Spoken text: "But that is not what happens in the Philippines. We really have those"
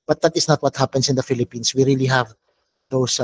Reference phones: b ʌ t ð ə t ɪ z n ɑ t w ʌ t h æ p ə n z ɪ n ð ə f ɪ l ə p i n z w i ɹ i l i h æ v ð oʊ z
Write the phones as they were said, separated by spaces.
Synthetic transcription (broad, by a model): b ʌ t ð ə t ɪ s n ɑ t w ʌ t h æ p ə n s ɪ n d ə f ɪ l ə p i n s w i ɹ i l i h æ v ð oʊ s